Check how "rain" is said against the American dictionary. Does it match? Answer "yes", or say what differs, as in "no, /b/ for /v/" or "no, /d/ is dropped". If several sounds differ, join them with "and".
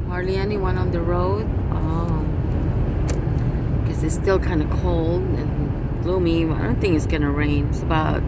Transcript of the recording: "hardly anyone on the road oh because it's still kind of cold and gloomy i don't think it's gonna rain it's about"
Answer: yes